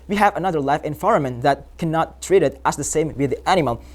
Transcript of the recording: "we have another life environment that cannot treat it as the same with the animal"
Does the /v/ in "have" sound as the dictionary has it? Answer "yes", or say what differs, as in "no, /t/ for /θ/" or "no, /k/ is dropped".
yes